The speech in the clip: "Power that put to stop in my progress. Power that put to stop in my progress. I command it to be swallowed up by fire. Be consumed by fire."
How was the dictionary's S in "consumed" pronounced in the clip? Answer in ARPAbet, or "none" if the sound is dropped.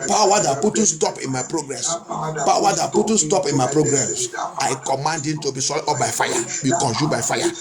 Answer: SH